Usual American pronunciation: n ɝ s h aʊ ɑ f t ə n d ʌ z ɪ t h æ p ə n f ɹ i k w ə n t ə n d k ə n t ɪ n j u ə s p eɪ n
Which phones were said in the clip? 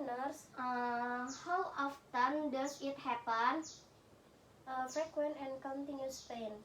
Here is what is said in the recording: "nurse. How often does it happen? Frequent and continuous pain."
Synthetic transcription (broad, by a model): n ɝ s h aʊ ɑ f t ə n d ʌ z ɪ t h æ p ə n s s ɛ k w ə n ə n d k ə n t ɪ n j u s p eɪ n